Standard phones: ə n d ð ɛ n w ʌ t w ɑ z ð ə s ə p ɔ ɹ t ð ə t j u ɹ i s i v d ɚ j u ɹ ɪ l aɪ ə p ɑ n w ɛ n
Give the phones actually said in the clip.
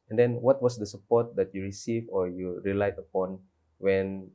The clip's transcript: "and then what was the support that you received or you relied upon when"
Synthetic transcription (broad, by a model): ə n d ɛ n w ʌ t w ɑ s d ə s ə p ɔ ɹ t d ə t j u ɹ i s i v ɔ j u ɹ ɪ l aɪ ə p ɑ n w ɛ n